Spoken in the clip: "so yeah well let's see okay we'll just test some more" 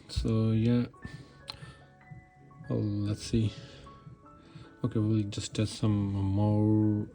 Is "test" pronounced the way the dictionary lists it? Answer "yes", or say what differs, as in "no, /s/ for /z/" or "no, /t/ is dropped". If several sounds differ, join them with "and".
no, /s/ is dropped